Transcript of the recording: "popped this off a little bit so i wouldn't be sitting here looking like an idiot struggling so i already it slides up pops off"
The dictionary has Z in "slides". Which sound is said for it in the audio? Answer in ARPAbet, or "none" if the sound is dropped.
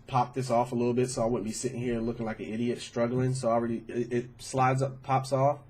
Z